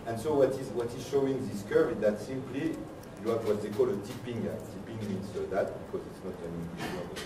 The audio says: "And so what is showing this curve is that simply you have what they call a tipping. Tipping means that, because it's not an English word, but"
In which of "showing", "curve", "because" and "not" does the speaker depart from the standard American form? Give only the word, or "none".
curve